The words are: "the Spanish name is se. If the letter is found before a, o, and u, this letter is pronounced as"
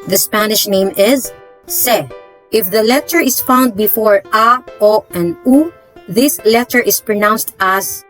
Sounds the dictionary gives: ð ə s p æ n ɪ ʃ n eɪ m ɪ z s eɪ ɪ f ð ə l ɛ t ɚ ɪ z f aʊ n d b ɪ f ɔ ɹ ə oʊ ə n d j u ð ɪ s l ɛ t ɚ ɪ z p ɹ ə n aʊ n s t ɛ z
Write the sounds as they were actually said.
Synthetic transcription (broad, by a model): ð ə s p æ n ɪ ʃ n eɪ m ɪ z s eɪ ɪ f ð ə l ɛ t ɚ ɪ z f aʊ n d b ɪ f ɔ ɹ ə oʊ ə n d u ð ɪ s l ɛ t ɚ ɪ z p ɹ ə n aʊ n s t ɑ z